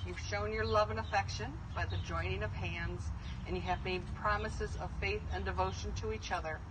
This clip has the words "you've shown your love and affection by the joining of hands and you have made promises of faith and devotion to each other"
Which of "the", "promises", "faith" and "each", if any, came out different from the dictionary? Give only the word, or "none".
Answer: none